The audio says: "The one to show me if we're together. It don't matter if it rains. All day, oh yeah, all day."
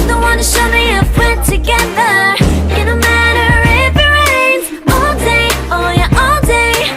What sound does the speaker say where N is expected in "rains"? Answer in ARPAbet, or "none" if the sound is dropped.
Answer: none